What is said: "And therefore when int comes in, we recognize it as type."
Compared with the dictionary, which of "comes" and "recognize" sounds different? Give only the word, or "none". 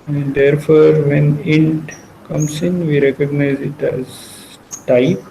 comes